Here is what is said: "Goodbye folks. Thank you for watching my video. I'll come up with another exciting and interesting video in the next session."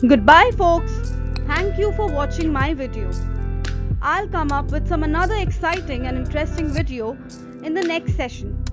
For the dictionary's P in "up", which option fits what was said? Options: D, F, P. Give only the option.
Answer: P